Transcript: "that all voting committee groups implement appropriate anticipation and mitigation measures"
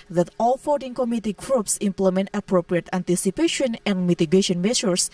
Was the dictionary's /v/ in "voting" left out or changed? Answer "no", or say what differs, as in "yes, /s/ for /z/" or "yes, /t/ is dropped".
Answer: yes, /f/ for /v/